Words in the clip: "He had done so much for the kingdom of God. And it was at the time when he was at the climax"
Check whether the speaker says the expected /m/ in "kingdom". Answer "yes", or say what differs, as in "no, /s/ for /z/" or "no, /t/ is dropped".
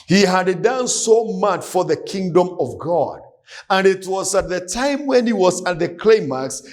yes